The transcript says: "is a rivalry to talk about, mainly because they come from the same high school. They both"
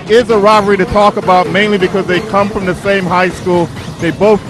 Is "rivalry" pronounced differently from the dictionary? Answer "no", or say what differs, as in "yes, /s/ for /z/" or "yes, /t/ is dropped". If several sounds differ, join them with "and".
yes, /l/ is dropped